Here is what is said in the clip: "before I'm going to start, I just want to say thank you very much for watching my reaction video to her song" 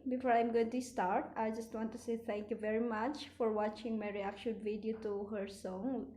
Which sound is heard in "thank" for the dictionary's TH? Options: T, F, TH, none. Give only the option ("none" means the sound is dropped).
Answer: T